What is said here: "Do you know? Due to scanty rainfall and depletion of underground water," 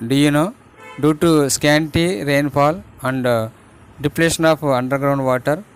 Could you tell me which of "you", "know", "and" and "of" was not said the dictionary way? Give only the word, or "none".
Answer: of